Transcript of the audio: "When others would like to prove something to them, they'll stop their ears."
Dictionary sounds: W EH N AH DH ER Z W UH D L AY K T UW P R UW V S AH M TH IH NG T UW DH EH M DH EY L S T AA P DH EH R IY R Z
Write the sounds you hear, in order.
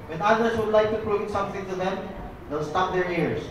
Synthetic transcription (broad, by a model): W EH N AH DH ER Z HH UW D L AY K T UW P R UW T S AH M T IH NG T UW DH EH M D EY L S T AA P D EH R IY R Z